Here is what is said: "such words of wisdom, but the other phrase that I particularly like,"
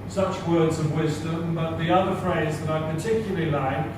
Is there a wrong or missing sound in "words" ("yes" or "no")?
no